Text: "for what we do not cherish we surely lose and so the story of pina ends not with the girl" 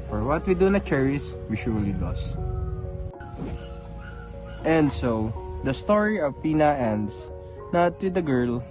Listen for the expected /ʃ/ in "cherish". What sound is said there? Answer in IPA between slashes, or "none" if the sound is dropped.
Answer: /s/